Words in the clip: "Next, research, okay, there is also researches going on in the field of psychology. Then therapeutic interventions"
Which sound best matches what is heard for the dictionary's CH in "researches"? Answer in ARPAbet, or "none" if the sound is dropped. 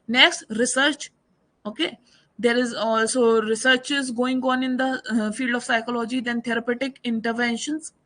CH